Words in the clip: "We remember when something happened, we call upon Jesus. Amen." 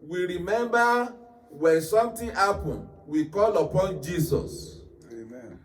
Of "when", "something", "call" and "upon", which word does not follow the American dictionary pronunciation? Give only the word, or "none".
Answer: something